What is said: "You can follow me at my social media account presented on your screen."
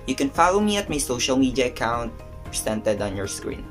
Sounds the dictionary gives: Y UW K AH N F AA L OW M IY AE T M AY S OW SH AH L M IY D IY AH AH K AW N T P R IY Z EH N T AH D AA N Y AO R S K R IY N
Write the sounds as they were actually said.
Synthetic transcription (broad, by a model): Y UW K AH N F AA L OW M IY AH T M AY S OW SH AH L M IY D IY AH AH K AW N T P R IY S EH N T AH D AA N Y AO R S K R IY N